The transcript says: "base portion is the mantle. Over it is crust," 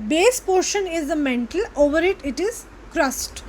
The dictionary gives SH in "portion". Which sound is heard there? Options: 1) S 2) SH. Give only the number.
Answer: 2